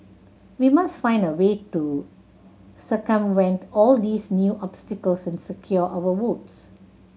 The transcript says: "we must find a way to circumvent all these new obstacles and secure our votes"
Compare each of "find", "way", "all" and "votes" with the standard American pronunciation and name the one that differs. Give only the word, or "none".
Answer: votes